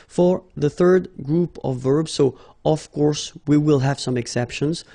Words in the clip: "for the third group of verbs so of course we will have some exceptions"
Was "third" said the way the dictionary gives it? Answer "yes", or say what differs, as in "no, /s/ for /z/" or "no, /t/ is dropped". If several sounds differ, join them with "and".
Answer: yes